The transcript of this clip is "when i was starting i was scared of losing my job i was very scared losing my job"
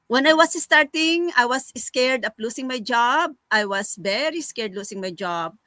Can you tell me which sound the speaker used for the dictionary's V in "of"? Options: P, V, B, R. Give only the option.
P